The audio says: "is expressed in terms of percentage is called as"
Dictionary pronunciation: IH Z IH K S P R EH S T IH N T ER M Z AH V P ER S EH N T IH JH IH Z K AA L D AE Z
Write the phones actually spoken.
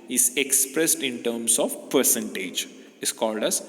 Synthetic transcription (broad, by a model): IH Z IH K S P R EH S T IH N T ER M S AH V P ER S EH N T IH JH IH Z K AA L D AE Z